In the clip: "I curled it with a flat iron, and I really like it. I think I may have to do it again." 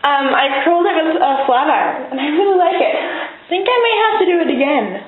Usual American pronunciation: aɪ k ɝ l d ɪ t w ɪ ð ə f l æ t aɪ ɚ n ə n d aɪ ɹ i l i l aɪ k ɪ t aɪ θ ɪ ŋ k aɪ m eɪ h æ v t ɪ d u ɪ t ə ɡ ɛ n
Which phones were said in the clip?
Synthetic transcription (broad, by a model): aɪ k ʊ l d ɪ t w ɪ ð ə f l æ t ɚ ə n aɪ w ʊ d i l aɪ k ɪ t θ ɪ ŋ k aɪ m eɪ h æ f t ɪ d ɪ ɪ t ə ɡ ɛ n